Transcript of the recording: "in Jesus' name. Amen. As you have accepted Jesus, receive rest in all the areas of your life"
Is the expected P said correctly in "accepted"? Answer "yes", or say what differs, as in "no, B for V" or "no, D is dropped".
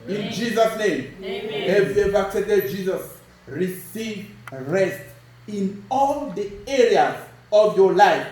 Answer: no, P is dropped